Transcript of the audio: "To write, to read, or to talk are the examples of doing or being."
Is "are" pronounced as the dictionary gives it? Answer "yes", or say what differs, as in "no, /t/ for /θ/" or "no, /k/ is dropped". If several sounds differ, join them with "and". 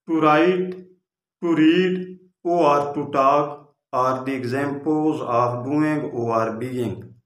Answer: yes